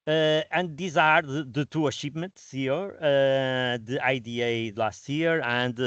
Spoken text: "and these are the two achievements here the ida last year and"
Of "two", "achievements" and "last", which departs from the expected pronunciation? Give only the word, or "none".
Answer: achievements